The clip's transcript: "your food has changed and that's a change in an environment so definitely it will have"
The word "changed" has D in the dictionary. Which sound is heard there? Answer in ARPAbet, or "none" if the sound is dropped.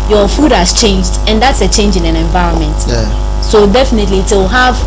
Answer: D